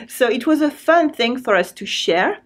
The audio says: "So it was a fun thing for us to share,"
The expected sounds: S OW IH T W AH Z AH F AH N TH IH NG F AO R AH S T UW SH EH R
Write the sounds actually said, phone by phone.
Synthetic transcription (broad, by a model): S OW IH T W AH Z AH F AH N TH IH NG F AO R AH S T UW SH EH R